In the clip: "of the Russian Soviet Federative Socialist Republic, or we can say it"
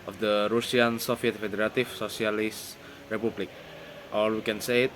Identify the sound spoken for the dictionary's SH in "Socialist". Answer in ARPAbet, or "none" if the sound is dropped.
S